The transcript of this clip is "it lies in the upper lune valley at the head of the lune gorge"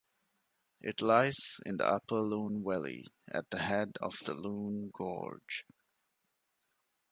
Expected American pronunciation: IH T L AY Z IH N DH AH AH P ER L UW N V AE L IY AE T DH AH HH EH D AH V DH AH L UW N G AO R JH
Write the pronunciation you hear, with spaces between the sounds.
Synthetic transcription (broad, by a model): IH T L AY Z IH N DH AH AH P ER L UW N W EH L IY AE T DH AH HH EH D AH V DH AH L UW N G AO R JH